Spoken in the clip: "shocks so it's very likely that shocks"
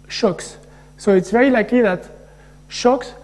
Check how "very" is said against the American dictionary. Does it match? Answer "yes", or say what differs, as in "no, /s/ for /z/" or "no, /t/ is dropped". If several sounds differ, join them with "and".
no, /ɹ/ is dropped